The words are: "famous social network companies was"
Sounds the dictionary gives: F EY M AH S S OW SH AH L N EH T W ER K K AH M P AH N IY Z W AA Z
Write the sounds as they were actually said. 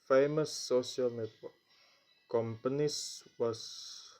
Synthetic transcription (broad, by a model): F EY M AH S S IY AH L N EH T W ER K K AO M P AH N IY S W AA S